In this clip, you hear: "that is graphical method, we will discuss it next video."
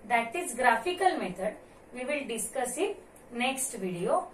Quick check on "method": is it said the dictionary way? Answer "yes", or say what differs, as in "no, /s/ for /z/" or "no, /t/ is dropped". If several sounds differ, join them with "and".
no, /t/ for /θ/